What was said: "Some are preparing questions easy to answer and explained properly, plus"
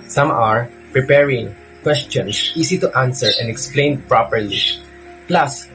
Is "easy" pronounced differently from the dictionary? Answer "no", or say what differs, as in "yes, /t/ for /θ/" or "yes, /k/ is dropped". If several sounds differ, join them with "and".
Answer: yes, /s/ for /z/